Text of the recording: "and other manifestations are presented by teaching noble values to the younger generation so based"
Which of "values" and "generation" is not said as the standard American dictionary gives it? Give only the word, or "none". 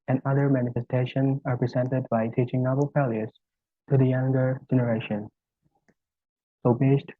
values